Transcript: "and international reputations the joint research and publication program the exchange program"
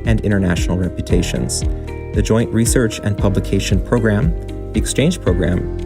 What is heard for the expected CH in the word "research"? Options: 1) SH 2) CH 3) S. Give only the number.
2